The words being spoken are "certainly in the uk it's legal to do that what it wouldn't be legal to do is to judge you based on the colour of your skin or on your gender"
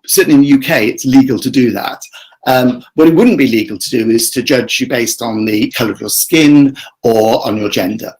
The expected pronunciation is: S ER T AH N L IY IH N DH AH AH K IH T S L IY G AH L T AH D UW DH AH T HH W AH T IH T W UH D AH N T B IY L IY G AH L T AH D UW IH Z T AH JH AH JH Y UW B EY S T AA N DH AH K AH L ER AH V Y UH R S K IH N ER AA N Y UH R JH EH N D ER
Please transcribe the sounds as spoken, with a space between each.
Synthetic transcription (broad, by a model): S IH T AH N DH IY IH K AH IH IH T S L IY G AH L T AH D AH DH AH T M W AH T IH T W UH D N B IY L IY G AH L T AH D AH IH Z T AH JH AH JH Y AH B EY S T N DH AH K AH L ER AH V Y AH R S K IH N ER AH N Y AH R JH EH N D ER